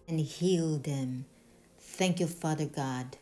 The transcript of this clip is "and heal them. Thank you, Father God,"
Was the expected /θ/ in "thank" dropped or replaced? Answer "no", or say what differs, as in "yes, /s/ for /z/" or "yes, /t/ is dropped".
no